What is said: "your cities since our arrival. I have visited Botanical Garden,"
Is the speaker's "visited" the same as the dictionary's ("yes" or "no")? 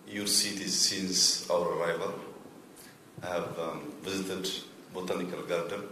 yes